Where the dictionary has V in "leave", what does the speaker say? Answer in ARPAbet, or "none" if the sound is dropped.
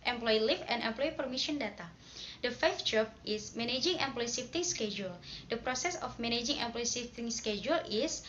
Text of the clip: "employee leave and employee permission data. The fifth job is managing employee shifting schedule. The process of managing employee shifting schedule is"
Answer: F